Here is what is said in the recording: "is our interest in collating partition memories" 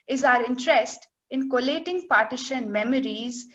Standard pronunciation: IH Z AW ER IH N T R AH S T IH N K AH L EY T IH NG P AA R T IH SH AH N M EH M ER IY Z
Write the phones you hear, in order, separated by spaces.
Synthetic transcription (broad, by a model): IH Z AW ER IH N T R AH S T IH N K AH L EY T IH NG P AA R T IH SH AH N M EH M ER IY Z